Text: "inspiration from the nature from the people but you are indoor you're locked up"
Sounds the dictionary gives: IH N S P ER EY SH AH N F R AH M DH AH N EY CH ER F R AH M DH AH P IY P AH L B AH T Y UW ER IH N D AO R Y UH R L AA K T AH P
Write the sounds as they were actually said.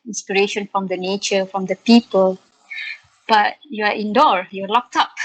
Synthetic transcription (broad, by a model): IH N S P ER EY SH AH N F R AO M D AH N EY CH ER F R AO M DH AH P IY P AH L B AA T Y UW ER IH N D AO R Y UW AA L AA K T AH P